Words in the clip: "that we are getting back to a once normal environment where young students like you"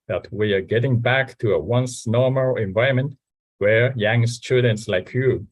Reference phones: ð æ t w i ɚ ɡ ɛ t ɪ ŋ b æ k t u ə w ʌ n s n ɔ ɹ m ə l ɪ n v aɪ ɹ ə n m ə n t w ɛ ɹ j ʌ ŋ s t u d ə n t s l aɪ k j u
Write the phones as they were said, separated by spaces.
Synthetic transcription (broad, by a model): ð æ t w i ɚ ɡ ɛ t ɪ ŋ b æ k t u ə w ʌ n s n ɔ ɹ m ə l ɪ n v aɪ ə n m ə n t w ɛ ɹ j ʌ ŋ s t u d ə n t s l aɪ k j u